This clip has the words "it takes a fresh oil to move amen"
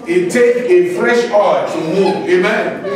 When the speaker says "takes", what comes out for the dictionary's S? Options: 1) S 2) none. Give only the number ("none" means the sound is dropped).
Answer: 2